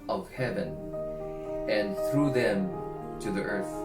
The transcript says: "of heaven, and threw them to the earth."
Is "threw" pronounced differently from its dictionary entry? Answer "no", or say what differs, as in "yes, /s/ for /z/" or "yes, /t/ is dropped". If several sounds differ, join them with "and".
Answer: no